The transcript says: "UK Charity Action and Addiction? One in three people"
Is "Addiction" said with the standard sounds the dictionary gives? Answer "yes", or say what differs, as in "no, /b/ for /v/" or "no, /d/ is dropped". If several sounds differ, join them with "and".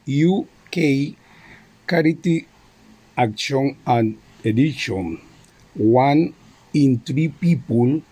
no, /k/ is dropped